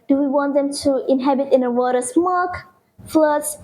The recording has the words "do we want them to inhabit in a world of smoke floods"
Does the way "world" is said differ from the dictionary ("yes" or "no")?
yes